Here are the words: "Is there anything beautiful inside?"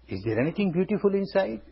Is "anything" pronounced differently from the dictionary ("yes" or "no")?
yes